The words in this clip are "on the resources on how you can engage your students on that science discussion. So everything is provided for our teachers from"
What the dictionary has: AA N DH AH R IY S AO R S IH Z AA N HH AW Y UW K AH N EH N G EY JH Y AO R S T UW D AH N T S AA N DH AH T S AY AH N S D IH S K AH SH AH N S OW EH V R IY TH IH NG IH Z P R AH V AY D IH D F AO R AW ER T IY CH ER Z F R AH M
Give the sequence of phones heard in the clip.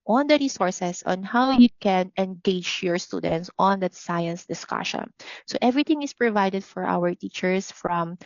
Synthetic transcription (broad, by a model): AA N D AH R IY S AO R S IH S AA N HH AW Y UW K AH N EH N G EY JH Y AO R S T UW D AH N T S AA N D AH T S AY AH N S D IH S K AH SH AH N S OW EH V R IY T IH NG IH S P R AH V AY D IH D F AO R AW ER T IY CH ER S F R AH M